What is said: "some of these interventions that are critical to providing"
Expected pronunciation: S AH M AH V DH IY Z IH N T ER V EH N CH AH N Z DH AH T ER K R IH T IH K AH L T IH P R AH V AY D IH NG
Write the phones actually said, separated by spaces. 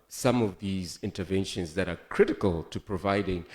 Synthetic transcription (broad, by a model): S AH M AH V DH IY Z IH N T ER V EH N SH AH N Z DH AH T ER K R IH T IH K AH L T IH P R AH V AY D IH NG